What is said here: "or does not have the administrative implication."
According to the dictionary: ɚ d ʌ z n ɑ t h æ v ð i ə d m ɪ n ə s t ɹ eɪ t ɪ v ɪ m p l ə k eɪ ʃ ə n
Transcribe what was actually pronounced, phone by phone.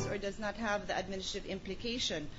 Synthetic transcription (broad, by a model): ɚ d ʌ z n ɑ t h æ v ð i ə d m ɪ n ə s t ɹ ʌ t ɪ v ɪ m p l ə k eɪ ʃ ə n